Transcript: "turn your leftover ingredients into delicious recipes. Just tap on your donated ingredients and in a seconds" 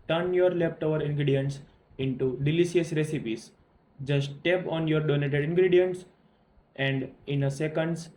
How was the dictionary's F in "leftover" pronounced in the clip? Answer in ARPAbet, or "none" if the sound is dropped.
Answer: P